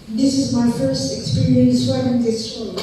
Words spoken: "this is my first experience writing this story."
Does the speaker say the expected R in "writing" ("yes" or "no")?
no